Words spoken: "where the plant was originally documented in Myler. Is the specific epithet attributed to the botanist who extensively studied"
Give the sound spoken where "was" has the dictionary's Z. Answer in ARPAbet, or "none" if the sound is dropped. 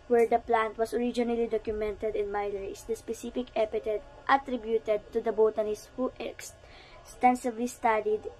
S